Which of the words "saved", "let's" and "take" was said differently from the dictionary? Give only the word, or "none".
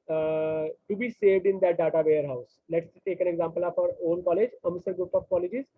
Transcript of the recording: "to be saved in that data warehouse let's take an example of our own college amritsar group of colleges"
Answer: none